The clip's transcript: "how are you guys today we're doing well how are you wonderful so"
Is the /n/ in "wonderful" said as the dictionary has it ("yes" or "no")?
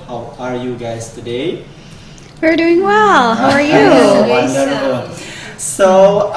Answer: no